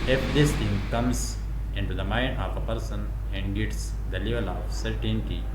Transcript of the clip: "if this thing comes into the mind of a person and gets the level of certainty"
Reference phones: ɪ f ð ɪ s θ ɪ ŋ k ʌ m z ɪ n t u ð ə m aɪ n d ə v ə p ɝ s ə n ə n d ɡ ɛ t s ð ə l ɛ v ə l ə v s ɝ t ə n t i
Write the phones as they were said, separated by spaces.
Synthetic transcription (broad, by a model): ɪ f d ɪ s t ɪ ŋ k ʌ m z ɪ n t u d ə m aɪ n d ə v ə p ɝ s ə n ə n d ɡ ɛ t s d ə l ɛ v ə l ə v s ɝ t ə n t i